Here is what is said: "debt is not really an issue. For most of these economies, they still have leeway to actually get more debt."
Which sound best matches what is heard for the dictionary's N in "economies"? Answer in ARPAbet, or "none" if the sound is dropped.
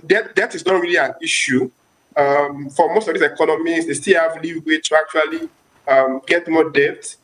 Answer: L